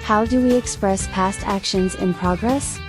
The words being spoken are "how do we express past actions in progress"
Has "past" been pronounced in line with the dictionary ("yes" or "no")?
yes